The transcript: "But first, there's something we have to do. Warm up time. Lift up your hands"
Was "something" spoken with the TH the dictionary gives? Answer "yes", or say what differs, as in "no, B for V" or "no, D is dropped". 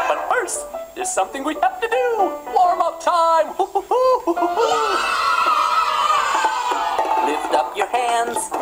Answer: yes